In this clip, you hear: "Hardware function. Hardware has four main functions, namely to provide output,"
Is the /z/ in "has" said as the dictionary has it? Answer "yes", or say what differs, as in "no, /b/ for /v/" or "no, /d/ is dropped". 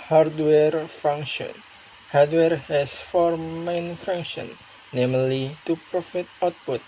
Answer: no, /s/ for /z/